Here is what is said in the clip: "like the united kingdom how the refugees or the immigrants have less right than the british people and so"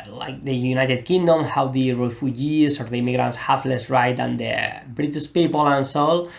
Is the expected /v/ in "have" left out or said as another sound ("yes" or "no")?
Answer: yes